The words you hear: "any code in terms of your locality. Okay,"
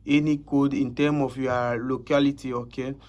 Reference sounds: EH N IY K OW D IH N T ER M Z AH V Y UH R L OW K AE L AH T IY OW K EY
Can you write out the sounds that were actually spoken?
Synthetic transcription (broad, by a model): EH N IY K OW D IH N T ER M AH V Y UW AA L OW K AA L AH T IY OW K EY